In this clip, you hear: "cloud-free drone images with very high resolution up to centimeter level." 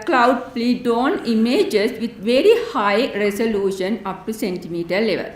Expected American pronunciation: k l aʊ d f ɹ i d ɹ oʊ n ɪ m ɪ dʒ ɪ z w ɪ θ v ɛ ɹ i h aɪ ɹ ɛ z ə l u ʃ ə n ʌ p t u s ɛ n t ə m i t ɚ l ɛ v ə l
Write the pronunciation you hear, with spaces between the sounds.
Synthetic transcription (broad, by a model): k l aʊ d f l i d oʊ n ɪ m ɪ dʒ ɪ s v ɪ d v ɛ ɹ i h aɪ ɹ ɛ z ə l u ʃ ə n ʌ p t u s ɛ n t ə m i t ɚ l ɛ v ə l